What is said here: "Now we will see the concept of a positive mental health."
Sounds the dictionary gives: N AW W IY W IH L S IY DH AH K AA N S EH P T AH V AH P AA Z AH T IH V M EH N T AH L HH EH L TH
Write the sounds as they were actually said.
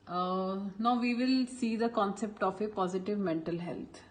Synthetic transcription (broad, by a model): N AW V IY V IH L S IY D AH K AA N S EH P T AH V AH P AA Z AH T IH V M EH N T AH L HH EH L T